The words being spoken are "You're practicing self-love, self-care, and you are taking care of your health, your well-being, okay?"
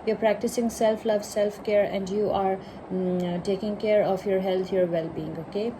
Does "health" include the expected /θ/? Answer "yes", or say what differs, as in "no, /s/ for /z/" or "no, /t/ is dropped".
no, /t/ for /θ/